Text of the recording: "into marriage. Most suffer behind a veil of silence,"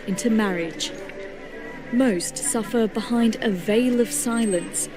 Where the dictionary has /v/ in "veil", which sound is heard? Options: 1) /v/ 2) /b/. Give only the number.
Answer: 1